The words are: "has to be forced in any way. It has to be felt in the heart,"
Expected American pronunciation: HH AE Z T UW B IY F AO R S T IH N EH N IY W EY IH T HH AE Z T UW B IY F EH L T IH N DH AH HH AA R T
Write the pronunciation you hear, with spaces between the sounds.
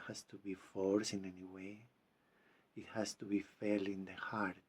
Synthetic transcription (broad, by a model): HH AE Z T UW B IY F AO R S IH N EH N IY W EY IH T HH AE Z T UW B IY F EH L IH N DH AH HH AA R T